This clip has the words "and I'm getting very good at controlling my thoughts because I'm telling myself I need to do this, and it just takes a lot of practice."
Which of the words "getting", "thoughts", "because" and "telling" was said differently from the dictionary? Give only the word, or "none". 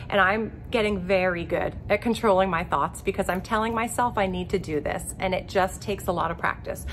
none